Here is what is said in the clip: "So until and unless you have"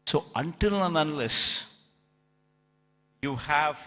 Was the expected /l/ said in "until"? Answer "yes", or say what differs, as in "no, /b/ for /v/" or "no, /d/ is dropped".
yes